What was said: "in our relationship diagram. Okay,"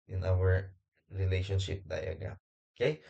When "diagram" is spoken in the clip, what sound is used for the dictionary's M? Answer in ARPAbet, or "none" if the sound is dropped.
none